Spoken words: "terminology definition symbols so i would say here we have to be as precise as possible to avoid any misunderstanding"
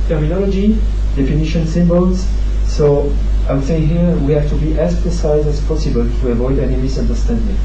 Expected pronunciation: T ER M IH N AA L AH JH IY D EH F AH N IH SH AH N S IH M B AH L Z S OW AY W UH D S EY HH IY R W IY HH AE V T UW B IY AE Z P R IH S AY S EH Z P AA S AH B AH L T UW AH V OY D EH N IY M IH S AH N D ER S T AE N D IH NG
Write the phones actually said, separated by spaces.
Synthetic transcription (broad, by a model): T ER M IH N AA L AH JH IY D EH F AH N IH SH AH N S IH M B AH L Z S OW AY W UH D S EY HH IY R W IY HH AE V T UW B IY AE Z P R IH S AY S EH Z P AA S AH B AH L T UW AH V OY D EH N IY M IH S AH N D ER S T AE N D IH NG